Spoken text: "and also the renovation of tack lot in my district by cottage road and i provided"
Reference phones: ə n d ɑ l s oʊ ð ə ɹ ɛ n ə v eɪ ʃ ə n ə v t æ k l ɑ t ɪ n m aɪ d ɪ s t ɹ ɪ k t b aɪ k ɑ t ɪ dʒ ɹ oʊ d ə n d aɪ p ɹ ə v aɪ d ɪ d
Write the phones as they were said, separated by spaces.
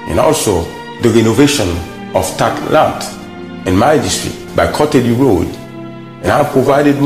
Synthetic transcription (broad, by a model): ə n ɑ l s oʊ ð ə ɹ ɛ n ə v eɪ ʃ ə n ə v t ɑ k l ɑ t ɪ n m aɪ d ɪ s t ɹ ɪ t b aɪ k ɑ t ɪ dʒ ɹ oʊ d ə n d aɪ p ɹ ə v aɪ d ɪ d